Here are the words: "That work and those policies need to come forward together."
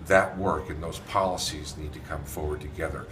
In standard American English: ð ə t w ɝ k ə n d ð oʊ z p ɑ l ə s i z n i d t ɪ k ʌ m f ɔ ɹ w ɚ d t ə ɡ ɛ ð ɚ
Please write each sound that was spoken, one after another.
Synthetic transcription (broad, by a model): ð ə t w ɝ k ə n ð oʊ z p ɑ l ə s i z n i d t ɪ k ʌ m f ɔ ɹ w ɚ d t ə ɡ ɛ ð ɚ